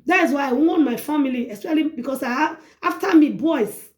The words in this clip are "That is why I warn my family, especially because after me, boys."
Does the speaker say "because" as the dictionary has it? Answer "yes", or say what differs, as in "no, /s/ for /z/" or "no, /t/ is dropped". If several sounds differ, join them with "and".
no, /s/ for /z/